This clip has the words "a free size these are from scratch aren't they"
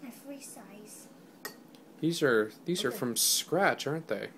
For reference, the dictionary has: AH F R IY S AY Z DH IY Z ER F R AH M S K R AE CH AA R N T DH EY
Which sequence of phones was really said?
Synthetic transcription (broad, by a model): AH F R IY S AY Z DH IY Z ER F R AH M S K R AE CH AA R N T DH EY